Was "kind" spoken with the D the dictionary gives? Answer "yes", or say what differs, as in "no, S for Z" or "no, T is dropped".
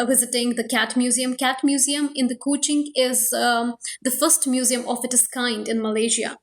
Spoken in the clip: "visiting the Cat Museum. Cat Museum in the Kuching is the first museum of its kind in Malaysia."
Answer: yes